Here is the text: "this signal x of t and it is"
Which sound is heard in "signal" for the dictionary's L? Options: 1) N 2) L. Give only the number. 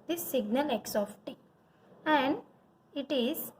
2